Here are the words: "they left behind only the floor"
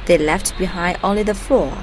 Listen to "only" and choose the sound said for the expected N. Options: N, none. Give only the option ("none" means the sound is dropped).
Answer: none